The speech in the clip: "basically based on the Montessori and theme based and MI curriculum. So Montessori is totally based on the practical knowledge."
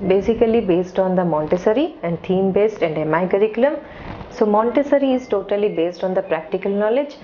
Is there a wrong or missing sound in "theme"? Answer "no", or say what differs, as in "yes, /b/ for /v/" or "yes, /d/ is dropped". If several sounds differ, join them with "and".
yes, /t/ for /θ/